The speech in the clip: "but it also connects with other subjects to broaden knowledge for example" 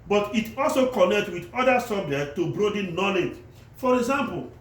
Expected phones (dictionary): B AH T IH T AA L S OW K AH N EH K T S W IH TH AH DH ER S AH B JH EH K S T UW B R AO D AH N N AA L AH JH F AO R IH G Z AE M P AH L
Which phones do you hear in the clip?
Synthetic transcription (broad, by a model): B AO T IH T AA L S OW K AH N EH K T W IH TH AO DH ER S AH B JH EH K T UW B R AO D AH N N AA L AH JH F AO R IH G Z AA M P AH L